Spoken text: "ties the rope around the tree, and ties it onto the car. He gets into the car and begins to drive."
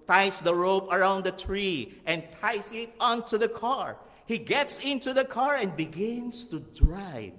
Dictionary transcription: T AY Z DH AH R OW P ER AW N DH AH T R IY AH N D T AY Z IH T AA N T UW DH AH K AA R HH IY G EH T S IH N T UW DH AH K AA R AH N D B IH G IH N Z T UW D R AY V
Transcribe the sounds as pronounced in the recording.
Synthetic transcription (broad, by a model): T AY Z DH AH R OW P ER AW N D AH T R IY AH N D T AY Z IH T AA N T UW DH AH K AA R HH IY G EH T S IH N T UW DH AH K AA R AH N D B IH G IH N S T UW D R AY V